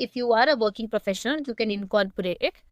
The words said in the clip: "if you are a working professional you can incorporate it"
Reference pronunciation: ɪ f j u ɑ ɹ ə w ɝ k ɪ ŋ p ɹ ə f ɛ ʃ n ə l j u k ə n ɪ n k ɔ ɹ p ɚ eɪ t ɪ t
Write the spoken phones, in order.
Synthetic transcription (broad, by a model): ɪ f j u ɑ ɹ ə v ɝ k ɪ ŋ p ɹ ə f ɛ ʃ ə n j u k ə n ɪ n k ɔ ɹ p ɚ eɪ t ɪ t